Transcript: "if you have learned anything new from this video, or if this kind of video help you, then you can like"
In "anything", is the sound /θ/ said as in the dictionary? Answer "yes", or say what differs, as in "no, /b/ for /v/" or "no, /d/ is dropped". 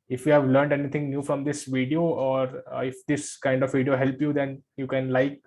no, /t/ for /θ/